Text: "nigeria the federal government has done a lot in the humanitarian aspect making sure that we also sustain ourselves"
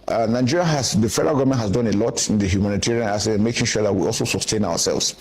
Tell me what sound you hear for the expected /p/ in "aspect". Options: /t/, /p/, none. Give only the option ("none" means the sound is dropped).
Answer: none